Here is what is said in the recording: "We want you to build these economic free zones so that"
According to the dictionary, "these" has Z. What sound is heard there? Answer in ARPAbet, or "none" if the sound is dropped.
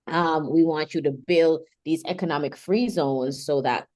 Z